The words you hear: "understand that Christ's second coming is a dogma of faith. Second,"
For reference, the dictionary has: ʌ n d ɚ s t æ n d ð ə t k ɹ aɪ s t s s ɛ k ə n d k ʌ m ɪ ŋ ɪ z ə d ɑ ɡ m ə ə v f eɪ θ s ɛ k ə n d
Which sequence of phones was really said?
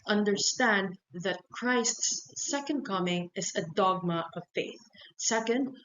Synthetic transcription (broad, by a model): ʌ n d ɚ s t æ n d ð ə t k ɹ aɪ s t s s ɛ k ə n d k ʌ m ɪ ŋ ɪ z ə d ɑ ɡ m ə ə v f eɪ θ s ɛ k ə n d